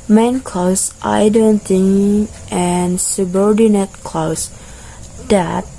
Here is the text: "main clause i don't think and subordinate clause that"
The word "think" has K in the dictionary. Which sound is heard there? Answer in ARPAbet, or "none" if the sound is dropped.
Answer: none